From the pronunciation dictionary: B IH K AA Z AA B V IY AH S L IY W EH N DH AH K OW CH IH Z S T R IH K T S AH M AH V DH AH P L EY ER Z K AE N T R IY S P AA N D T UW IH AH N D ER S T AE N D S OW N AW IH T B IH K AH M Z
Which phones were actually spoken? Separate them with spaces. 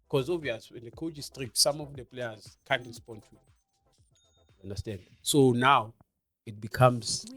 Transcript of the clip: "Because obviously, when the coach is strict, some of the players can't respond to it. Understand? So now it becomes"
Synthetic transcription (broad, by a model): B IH K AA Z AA V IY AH S IY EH N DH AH K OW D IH S T R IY K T S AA M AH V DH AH P L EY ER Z K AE N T R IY S P AA N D T UW IH N D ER S T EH N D S OW N AW IH T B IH K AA M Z